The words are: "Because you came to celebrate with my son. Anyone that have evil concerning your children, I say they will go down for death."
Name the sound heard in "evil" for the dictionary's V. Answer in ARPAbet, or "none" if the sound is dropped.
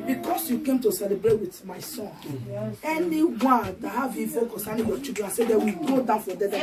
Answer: F